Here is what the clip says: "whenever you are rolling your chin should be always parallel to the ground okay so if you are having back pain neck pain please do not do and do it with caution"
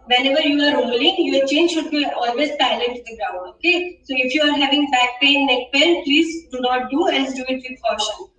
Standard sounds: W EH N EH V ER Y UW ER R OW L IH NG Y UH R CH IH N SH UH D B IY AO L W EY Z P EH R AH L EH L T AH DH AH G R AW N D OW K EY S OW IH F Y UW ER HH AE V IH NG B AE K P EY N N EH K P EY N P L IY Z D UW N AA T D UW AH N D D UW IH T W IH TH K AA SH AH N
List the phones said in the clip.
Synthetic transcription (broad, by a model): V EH N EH V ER Y UW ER R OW L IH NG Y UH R CH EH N SH UH D B IY AO L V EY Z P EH AH L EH N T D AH G R AW N D OW K EY S OW IH F Y UW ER HH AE V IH NG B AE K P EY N N EH K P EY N P L IY Z D UW N AA T D UW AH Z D D UW IH T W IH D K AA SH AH N